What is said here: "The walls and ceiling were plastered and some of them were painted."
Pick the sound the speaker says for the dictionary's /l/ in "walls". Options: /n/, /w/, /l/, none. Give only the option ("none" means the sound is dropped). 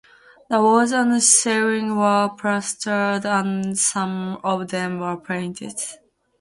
none